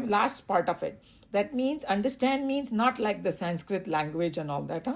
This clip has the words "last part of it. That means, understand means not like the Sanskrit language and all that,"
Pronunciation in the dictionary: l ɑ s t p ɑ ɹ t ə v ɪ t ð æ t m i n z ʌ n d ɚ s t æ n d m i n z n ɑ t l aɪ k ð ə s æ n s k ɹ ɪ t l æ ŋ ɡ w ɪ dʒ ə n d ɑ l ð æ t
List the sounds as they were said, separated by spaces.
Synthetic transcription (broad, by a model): l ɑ s t p ɑ ɹ t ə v ɪ t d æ t m i n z ʌ n d ɚ s t æ n d m i n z n ɑ t l aɪ k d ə s æ n s k ɹ ɪ t l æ ŋ ɡ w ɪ dʒ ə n ɑ l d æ t